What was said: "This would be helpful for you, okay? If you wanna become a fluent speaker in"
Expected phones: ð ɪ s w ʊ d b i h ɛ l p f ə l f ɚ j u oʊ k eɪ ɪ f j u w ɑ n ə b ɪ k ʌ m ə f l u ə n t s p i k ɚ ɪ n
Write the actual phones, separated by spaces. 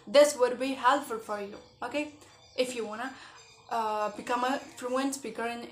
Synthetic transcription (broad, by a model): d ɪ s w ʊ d b i h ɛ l f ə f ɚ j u oʊ k eɪ ɪ f j u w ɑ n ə b ɪ k ʌ m ə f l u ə n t s p i k ɚ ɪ n